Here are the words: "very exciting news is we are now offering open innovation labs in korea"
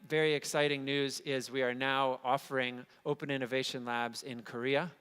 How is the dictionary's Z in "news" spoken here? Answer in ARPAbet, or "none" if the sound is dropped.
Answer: Z